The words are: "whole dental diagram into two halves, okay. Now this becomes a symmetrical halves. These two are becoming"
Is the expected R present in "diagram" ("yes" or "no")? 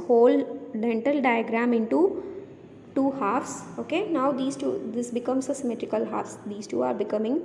yes